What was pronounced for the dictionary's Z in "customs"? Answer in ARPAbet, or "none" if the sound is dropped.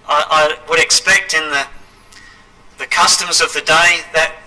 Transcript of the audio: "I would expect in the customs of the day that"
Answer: Z